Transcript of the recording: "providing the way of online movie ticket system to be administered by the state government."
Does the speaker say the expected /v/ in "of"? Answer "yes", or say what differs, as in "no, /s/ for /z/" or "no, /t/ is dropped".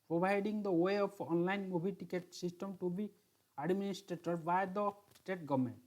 no, /p/ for /v/